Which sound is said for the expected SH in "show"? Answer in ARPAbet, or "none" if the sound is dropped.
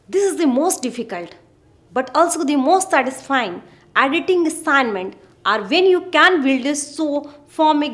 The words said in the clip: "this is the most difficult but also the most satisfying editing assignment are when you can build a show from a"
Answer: S